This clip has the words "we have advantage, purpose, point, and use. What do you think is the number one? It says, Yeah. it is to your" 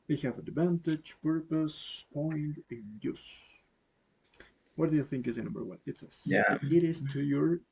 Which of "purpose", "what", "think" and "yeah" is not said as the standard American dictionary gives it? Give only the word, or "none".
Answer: none